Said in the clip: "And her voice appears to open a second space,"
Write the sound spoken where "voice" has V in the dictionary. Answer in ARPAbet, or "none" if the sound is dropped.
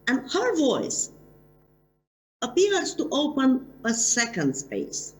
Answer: V